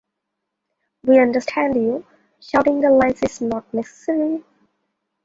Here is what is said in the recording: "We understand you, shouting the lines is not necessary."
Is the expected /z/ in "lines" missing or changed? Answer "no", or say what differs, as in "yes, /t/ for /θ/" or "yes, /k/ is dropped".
yes, /s/ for /z/